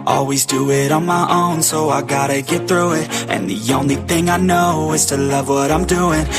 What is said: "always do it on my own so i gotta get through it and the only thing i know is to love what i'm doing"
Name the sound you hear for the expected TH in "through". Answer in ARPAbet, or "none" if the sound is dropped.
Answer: TH